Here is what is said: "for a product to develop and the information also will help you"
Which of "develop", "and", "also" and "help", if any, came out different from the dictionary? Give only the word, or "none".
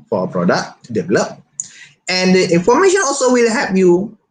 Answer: help